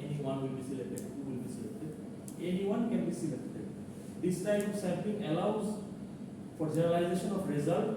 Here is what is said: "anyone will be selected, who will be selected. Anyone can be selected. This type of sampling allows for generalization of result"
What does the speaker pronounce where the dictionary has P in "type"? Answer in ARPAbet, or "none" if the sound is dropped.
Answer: none